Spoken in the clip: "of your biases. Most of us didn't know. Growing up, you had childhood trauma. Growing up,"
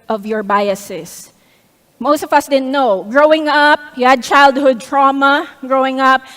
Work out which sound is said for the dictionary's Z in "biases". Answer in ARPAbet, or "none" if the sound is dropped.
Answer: S